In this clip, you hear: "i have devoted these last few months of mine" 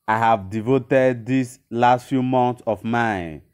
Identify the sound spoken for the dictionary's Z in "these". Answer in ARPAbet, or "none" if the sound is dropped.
S